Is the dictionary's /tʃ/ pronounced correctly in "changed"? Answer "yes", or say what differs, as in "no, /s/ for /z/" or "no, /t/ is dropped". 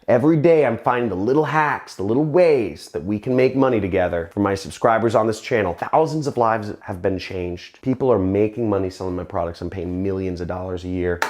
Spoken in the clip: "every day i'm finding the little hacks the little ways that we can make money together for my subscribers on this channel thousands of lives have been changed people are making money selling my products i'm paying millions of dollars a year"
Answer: yes